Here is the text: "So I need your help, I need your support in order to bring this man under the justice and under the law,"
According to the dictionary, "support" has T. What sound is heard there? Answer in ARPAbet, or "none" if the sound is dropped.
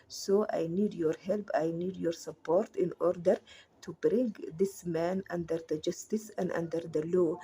T